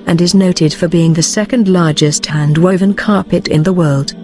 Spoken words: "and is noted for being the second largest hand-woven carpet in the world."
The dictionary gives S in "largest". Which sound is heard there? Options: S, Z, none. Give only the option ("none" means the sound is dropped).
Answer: S